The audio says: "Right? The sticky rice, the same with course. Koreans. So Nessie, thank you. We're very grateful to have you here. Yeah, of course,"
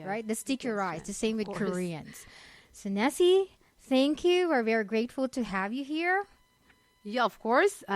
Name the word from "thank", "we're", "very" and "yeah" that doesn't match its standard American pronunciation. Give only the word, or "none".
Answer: none